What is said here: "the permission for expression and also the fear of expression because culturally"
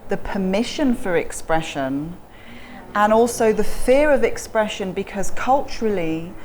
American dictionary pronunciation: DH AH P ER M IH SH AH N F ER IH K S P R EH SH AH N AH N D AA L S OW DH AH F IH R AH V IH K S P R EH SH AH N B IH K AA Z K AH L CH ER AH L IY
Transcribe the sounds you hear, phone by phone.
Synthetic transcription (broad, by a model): DH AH P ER M IH SH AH N F ER IH K S P R EH SH AH N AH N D AA L S OW DH AH F IH R AH V IH K S P R EH SH AH N B IH K AA Z K AH L CH ER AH L IY